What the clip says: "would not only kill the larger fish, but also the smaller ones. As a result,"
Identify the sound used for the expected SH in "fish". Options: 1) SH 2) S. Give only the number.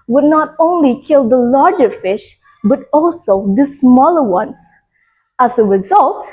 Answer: 1